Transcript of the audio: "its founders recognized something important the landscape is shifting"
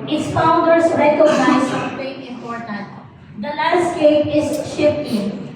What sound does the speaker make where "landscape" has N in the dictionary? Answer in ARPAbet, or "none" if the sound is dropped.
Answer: none